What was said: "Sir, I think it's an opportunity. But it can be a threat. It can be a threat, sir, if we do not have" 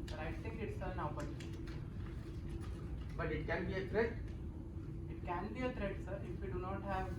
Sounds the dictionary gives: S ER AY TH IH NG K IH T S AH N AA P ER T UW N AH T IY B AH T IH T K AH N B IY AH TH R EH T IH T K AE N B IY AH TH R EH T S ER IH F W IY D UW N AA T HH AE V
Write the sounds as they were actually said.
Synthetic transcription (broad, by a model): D AY T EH K IH T S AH N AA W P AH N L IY B AH T IH T K AH N B IY AH T R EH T IH T K AE N B IY AH T R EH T S ER IH F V IY D UW N AA T HH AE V